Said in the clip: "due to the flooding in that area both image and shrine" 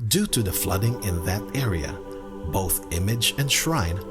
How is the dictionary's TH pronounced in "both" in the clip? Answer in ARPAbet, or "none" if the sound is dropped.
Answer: TH